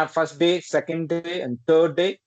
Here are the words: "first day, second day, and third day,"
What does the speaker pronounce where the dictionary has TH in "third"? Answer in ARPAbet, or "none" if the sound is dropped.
T